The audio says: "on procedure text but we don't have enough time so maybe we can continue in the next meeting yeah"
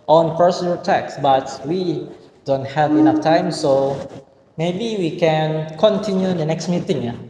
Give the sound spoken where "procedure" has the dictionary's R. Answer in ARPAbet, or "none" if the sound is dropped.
none